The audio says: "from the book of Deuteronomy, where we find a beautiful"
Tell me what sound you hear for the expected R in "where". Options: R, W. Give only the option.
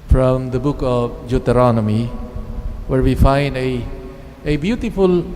R